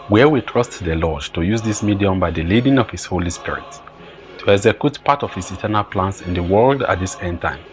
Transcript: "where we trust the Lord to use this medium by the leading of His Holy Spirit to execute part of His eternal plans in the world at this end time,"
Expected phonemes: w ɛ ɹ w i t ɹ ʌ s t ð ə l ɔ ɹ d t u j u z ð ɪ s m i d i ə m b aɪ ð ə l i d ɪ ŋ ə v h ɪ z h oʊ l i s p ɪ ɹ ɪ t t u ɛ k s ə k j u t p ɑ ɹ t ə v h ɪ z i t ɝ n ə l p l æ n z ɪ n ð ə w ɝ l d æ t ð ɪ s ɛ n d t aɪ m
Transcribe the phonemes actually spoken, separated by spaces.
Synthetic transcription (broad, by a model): w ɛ w i t ɹ ʌ s t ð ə l ɔ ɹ d t u j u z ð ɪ s m i d i ə m b aɪ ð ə l i d ɪ ŋ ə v h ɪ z h oʊ l i s p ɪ ɹ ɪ t t u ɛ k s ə k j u t p ɑ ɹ t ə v h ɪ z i t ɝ n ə l p l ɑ n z ɪ n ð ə w ɝ l d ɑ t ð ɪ s ɛ n d t aɪ m